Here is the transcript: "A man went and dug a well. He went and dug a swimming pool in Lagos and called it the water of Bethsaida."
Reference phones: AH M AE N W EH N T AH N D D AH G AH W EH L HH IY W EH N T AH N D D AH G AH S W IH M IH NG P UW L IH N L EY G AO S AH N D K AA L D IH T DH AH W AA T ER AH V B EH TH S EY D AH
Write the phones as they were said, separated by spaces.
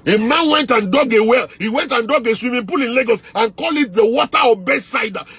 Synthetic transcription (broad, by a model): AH M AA N W EH N T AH N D D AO G AH W EH L HH IY W EH N T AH N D D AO G AH S W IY M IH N P UW L IH N L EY G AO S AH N K AA L IH T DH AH W AA T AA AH B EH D S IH D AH